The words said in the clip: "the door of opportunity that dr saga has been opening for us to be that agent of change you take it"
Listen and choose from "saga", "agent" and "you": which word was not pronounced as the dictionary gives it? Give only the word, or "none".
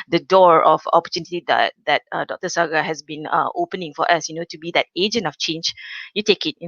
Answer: none